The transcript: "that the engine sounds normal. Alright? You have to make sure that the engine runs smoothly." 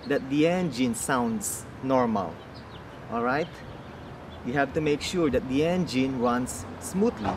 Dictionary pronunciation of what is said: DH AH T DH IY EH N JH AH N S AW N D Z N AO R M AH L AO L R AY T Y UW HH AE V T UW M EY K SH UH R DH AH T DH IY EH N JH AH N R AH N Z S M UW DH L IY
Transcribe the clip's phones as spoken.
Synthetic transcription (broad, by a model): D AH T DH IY EH N JH AH N S AW N D S N AO R M AH L AO L R AY T Y UW HH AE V T UW M EY K SH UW R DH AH T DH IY EH N JH AH N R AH N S M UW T L IY